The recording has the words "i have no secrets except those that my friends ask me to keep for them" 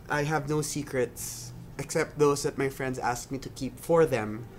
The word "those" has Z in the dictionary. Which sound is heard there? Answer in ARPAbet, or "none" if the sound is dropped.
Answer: S